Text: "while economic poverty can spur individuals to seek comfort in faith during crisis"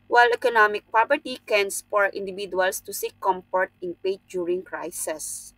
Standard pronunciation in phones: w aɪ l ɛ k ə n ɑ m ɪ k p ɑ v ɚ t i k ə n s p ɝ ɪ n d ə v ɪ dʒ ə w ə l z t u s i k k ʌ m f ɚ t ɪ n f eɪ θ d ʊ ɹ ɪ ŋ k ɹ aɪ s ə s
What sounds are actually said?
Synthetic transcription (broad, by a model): w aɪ l ɛ k ə n ɑ m ɪ k p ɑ p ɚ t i k ə n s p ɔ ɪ n d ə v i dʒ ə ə l s t u s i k k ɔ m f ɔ t ɪ n p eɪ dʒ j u ɹ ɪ ŋ k ɹ aɪ s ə s